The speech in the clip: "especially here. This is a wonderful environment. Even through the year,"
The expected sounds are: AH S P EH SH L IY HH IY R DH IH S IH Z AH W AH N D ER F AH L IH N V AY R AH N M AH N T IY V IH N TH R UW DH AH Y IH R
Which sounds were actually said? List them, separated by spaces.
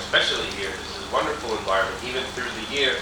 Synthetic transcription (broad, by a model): S P EH SH L IY HH IY R DH IH S IH Z W AH N D ER F L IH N V AY R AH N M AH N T IY V IH N TH R UW DH AH Y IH R